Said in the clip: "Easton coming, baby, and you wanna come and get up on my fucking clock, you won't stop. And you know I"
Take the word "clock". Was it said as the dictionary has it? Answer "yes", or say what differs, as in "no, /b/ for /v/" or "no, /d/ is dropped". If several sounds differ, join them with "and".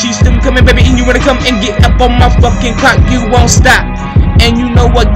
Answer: no, /l/ is dropped